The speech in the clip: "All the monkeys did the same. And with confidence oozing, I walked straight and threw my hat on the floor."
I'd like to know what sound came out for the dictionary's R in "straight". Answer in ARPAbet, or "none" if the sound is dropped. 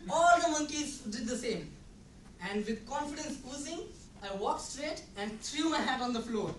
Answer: R